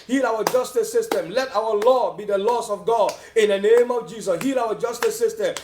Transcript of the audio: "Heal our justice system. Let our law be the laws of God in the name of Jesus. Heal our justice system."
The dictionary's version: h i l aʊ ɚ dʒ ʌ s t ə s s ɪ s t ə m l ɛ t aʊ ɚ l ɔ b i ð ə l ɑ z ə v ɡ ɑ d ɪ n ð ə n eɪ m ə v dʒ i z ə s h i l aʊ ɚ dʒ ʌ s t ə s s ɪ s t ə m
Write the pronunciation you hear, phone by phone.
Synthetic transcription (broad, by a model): h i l aʊ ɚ dʒ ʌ s t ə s s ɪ s t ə m l ɛ t aʊ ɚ l ɔ b i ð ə l ɑ s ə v ɡ ɑ d ɪ n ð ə n eɪ m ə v dʒ i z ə s h i l aʊ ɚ dʒ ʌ s t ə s s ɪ s t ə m